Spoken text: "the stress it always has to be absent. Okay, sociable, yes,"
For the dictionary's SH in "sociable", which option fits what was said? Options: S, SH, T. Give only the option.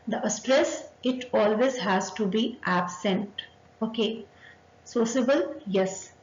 S